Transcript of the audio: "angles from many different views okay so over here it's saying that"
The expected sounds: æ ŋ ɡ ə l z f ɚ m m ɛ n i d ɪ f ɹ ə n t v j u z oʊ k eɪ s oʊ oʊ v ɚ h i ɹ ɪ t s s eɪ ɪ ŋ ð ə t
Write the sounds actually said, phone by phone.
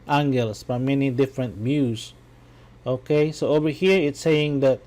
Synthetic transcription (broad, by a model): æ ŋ ɡ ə l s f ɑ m m ɛ n i d ɪ f ɹ ə n t b j u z oʊ k eɪ s oʊ oʊ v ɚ h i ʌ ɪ t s s eɪ ɪ ŋ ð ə t